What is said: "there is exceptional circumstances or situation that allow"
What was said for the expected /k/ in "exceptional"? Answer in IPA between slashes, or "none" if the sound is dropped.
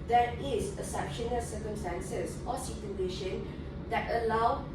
none